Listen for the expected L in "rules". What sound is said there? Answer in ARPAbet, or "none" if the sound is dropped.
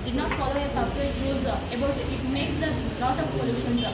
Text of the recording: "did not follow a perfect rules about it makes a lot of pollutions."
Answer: none